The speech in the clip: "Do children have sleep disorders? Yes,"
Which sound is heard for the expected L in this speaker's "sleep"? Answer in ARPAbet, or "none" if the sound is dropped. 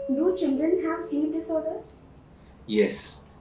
none